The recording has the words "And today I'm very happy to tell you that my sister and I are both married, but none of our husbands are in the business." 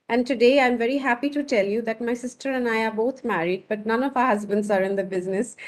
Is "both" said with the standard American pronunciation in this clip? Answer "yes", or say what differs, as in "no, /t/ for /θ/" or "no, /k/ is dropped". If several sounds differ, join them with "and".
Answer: no, /t/ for /θ/